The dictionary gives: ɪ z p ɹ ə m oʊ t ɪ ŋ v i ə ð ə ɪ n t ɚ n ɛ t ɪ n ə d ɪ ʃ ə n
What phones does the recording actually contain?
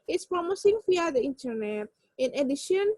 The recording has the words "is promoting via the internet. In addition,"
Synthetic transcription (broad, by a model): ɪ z p ɹ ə m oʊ s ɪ ŋ f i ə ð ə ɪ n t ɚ n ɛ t ɪ n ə d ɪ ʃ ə n